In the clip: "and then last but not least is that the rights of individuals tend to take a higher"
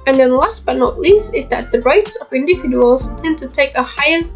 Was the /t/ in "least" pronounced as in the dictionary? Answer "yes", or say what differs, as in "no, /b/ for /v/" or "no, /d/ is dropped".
yes